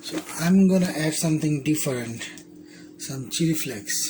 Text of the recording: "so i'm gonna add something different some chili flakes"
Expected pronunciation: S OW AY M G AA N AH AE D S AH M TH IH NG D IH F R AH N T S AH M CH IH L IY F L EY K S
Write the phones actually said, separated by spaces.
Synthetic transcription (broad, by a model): S OW AY M G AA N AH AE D S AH M T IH NG D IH F R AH N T S AH M CH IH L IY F L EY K S